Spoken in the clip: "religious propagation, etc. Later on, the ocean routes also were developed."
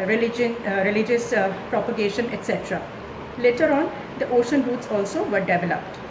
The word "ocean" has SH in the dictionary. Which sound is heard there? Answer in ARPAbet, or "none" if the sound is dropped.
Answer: SH